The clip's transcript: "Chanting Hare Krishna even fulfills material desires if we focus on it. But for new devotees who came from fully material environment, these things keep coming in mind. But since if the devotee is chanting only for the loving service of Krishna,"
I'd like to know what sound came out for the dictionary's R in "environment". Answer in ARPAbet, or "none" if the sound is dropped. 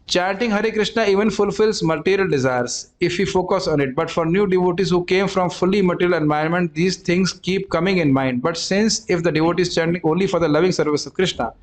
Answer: none